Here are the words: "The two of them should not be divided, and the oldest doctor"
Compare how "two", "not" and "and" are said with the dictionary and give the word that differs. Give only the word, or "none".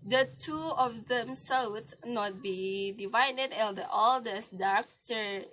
and